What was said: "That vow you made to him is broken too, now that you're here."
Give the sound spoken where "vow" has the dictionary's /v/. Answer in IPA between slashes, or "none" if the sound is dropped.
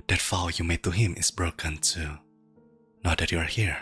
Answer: /f/